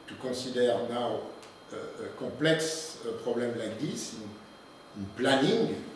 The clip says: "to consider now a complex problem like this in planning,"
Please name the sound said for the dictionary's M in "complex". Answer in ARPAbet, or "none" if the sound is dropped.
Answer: none